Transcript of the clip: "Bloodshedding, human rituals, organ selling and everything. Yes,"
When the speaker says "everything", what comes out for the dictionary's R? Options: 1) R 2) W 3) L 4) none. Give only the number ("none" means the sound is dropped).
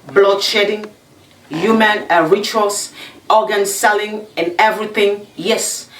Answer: 1